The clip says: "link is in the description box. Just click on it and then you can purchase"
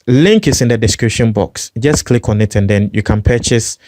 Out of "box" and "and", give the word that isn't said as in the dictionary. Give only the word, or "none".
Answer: none